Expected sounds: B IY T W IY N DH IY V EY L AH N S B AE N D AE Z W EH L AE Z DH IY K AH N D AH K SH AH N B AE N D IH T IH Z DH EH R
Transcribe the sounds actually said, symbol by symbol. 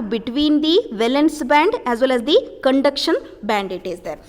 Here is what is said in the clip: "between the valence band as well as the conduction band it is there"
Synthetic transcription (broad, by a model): B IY T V IY N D IY V EY L AH N S B AE N D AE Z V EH L AE Z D IY K AH N D AH K SH AH N B AE N D IH T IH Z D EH R